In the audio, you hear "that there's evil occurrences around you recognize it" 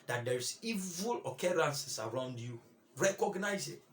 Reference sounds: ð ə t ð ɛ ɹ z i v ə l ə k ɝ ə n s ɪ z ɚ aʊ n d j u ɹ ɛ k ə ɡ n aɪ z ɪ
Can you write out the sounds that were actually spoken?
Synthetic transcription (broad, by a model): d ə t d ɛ ɹ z i v ə l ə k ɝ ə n s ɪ s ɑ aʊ n d j u ɹ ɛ k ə ɡ n aɪ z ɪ